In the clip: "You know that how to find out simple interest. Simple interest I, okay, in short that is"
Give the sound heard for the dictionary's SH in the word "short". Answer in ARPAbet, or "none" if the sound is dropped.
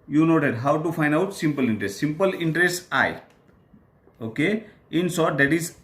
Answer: S